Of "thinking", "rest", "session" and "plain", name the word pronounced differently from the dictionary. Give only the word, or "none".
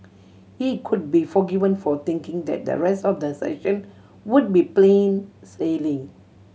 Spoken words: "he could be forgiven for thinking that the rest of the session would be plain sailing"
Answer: thinking